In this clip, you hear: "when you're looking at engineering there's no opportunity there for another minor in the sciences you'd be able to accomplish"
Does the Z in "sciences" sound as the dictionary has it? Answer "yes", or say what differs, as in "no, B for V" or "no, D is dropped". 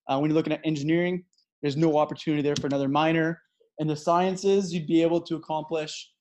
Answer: yes